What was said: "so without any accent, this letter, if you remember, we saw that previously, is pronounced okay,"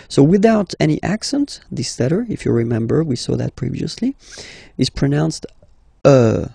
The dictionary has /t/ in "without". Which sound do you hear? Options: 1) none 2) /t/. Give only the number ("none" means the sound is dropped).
2